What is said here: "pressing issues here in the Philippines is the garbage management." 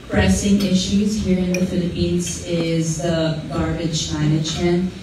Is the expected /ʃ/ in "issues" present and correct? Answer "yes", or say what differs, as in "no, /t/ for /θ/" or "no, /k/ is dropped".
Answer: yes